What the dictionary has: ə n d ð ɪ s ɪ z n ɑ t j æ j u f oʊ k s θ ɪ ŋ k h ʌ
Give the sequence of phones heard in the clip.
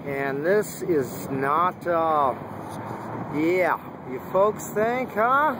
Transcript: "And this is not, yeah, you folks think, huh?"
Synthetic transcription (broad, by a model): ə n ð ɪ s ɪ z n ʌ t j æ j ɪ f oʊ k s θ ɪ ŋ k h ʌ